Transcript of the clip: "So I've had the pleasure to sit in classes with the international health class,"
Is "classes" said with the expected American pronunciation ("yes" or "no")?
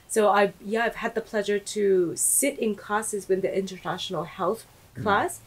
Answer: no